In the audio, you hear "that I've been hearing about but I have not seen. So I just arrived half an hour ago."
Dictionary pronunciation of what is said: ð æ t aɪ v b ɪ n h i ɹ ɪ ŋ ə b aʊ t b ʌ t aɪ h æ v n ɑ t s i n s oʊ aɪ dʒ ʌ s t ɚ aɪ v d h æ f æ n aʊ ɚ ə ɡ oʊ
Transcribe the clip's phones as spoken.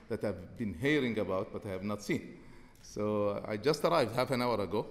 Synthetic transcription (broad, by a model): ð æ t aɪ v b ɪ n h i ɹ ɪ ŋ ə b aʊ t b ʌ t aɪ h æ v n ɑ t s i n s oʊ aɪ dʒ ʌ s t ɚ aɪ v d h æ f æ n aʊ ɚ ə ɡ oʊ